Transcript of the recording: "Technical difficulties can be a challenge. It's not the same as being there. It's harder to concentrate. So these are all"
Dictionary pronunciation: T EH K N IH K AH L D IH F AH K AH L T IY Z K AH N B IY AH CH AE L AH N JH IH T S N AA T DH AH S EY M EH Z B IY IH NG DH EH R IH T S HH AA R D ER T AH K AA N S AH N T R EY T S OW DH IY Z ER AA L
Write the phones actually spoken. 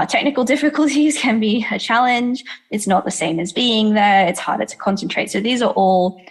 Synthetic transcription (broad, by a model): T EH K N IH K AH L D IH F AH K AH L T IY Z K AH N B IY AH CH AE L AH N JH IH T S N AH T DH AH S EY M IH Z B IY IH NG DH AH R IH T S HH AA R D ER T AH K AA N S AH N T R EY T S OW DH IY Z ER AA L